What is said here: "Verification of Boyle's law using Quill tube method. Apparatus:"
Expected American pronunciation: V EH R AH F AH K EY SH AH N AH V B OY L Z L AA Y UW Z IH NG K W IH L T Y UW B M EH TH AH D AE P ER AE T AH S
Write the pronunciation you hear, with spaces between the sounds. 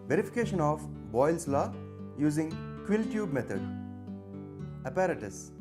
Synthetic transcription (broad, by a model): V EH R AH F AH K EY SH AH N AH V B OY L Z L AA Y UW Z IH NG K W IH L T Y UW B M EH T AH D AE P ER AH T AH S